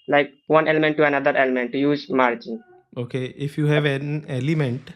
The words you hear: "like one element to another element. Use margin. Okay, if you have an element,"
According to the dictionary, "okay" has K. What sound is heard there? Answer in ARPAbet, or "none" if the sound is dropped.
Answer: K